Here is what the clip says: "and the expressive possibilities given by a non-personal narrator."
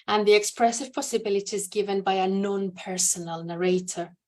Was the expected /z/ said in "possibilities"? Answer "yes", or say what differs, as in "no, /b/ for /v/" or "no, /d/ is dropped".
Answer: yes